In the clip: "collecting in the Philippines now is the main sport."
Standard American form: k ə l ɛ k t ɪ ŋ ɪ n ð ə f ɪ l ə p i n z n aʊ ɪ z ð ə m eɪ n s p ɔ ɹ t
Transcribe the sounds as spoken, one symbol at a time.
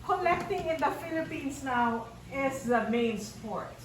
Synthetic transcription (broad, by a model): k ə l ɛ k t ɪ ŋ ɪ n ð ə f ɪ l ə p i n s n aʊ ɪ s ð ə m eɪ n s p ɔ ɹ t